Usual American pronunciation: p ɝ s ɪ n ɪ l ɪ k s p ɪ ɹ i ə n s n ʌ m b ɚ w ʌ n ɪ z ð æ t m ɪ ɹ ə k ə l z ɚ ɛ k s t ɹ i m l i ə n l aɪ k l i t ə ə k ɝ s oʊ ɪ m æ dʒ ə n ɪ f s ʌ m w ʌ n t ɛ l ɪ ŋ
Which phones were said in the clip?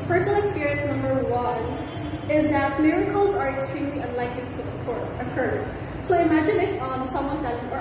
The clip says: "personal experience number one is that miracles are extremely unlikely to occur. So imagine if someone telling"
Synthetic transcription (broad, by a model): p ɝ s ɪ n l ɪ k s p ɪ ɹ i ə n s n ʌ m b ɚ w ʌ n ɪ z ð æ t m ɪ ɹ ə k ə l z ɚ ɛ k s t ɹ i m l i ə n l aɪ k l i t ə ə k ɝ s oʊ ɪ m æ dʒ ə n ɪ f s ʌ m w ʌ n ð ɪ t